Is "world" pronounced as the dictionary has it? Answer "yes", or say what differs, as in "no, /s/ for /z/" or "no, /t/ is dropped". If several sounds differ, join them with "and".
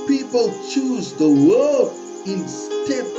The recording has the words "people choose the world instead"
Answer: no, /l/ is dropped